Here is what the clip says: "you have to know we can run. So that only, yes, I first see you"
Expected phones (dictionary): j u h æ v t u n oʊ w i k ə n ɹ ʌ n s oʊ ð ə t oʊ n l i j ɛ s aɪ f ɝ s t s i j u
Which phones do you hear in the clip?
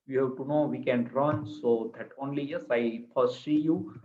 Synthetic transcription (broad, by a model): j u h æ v t u n oʊ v i k ə n ɹ ʌ n s oʊ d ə t oʊ n l i j ɛ s aɪ p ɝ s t s i j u